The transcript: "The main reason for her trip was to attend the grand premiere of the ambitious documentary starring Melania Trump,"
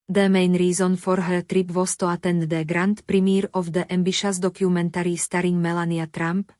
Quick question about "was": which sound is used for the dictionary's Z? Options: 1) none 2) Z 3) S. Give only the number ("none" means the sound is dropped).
3